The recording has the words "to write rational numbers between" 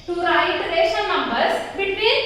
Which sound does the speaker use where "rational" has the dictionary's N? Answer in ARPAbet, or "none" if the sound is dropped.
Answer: none